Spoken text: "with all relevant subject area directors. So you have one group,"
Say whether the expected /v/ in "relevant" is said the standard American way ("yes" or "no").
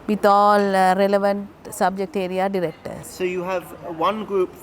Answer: yes